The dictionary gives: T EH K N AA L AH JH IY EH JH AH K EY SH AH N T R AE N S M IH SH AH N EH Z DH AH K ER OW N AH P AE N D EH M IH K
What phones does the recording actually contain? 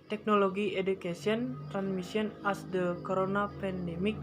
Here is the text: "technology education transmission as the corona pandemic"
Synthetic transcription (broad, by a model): T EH K N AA L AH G IY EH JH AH K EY S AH N T R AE N S M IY S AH N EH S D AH K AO OW N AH P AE N D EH M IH K